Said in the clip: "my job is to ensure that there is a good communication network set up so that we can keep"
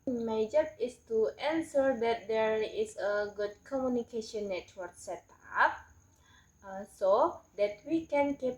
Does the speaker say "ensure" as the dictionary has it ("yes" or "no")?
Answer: no